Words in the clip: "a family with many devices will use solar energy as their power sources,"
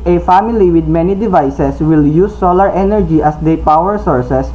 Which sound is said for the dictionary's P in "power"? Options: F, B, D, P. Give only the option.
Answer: P